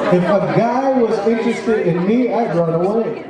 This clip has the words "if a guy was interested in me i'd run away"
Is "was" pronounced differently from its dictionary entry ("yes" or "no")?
no